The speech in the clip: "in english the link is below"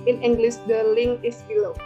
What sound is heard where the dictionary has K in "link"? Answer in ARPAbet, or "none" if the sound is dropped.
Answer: none